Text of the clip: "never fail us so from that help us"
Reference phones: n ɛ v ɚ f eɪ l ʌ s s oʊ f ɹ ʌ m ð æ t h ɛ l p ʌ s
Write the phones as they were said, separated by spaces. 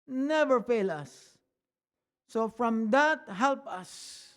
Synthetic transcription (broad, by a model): n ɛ v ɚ f eɪ l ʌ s s oʊ f ɹ ʌ m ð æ t h ɛ l p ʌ s